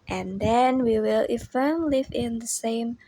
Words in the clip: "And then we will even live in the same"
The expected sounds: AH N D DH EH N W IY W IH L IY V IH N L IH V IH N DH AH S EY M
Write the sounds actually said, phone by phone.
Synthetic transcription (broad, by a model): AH N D DH EH N W IY W IH L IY F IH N L IH V IH N DH AH S EY M